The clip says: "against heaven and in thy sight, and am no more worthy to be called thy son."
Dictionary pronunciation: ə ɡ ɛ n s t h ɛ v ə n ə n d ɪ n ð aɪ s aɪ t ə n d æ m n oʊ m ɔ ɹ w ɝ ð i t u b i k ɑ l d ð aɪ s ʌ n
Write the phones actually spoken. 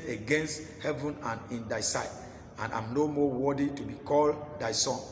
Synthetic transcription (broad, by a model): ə ɡ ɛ n s t h ɛ v ə n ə n ɪ n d aɪ s aɪ t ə n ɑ m n oʊ m ɔ w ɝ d i t u b i k ɑ l d aɪ s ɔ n